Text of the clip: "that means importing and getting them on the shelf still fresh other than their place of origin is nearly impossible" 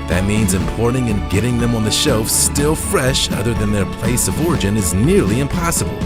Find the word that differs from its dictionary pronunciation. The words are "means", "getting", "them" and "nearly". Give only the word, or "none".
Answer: none